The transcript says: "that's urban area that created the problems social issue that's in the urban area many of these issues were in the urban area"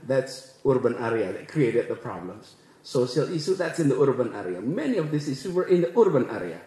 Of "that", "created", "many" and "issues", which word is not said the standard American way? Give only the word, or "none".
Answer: issues